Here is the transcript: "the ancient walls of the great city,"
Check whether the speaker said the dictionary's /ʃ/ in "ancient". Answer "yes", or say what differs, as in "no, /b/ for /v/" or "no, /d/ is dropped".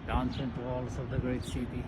no, /s/ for /ʃ/